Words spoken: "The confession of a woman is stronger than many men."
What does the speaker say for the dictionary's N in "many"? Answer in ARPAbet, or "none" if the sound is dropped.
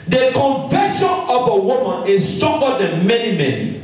N